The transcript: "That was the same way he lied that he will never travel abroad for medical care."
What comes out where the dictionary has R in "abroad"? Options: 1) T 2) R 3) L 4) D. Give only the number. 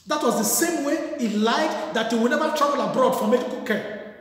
2